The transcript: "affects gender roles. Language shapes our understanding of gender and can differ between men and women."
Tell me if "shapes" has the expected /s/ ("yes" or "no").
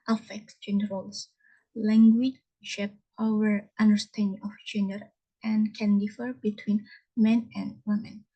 no